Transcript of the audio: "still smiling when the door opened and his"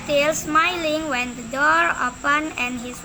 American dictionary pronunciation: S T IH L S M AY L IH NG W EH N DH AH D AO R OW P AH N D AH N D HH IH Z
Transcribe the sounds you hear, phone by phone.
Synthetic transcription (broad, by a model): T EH L S M AY L IH NG W EH N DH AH D AO R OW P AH N AH N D HH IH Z